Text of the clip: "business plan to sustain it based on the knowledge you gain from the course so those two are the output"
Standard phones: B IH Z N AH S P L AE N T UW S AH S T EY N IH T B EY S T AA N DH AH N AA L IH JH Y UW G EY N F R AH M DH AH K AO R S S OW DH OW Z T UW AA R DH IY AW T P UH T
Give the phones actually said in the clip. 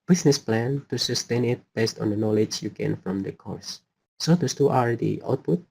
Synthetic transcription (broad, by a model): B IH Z N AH S P L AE N T UW S AH S T EY N IH T B EY S T AA N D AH N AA L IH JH Y UW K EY N F R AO M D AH K AO R S S OW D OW S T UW AA R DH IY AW T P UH T